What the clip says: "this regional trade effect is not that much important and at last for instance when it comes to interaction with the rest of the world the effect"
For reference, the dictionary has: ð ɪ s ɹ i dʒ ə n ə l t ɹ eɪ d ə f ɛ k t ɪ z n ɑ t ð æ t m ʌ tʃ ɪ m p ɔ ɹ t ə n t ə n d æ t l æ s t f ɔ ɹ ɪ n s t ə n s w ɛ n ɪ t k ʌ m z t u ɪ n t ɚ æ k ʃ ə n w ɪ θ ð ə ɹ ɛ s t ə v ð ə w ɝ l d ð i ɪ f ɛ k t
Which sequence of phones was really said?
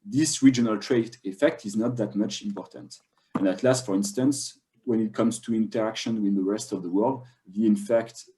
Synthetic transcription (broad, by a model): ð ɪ s ɹ i dʒ ə n ə l t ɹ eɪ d ə f ɛ k t ɪ z n ɑ t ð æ t m ʌ tʃ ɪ m p ɔ ɹ t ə n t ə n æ t l æ s t f ɔ ɹ ɪ n s t ə n s w ɛ n ɪ t k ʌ m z t u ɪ n t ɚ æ k ʃ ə n w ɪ ð ə ɹ ɛ s t ə v ð ə w ɝ l d ð i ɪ f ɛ k t